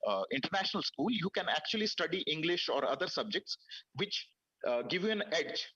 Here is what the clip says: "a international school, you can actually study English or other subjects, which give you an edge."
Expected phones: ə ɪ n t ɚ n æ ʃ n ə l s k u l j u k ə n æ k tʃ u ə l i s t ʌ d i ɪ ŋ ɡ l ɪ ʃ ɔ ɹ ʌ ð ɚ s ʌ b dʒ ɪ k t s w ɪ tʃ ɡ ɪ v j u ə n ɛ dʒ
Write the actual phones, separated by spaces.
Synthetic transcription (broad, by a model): ɪ n t ɚ n æ ʃ n ə l s k u l j u k ə n æ k tʃ u ə l i s t ʌ d i ɪ ŋ ɡ l ɪ ʃ ɔ ɹ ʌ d ɚ s ʌ b dʒ ɪ k t s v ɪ tʃ ɡ ɪ v j u ə n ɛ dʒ